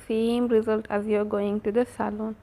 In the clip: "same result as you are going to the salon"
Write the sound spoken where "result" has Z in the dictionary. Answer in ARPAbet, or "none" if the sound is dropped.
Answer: Z